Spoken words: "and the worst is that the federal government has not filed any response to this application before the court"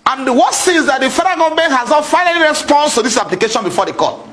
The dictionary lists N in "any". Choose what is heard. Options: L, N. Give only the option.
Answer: L